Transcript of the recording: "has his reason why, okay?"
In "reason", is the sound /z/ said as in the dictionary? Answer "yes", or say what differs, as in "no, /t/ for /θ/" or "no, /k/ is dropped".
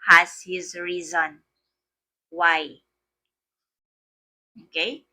yes